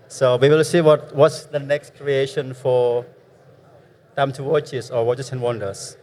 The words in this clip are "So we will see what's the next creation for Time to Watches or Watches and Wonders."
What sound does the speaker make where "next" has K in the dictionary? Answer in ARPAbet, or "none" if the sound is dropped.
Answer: K